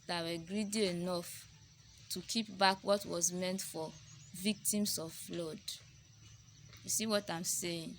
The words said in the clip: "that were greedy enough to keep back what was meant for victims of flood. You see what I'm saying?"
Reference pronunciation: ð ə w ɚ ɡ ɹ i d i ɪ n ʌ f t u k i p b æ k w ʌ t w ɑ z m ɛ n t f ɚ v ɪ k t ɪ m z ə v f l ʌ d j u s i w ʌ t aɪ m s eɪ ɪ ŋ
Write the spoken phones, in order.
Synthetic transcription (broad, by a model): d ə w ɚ ɡ ɹ i d i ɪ n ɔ f t u k i p b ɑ k w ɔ t w ɑ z m ɛ n t f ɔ v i k t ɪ m s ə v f l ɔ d j u s i w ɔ t aɪ m s eɪ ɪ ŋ